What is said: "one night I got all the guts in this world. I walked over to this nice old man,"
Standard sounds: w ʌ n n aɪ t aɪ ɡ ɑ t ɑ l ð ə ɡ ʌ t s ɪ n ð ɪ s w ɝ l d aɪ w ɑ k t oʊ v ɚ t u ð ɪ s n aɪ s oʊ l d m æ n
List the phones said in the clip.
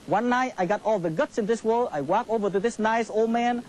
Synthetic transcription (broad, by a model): w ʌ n n aɪ t aɪ ɡ ɑ t ɑ l ð ə ɡ ʌ t s ɪ n ð ɪ s w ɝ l aɪ w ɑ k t oʊ v ɚ t u ð ɪ s n aɪ s oʊ l d m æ n